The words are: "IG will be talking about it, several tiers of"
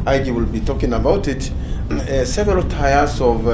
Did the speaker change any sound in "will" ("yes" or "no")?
no